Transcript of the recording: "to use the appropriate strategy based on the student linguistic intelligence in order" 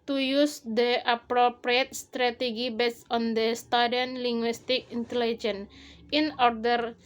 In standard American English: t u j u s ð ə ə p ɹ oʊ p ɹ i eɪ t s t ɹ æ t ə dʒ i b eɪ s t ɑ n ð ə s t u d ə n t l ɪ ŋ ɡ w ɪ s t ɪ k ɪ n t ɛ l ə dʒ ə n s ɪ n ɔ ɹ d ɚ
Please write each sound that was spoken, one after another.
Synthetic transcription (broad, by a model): t u j u s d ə ə p ɹ oʊ p ɹ i eɪ t s t ɹ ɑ t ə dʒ i b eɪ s ɑ n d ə s t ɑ d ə n l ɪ ŋ ɡ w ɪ s t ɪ k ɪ n t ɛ l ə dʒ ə n ɪ n ɔ ɹ d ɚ